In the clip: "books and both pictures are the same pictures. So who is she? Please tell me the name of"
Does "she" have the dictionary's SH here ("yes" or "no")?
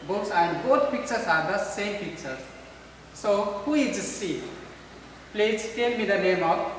no